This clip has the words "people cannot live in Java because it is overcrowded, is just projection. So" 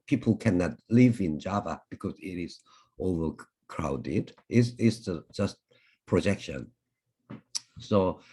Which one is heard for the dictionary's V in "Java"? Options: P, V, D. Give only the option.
V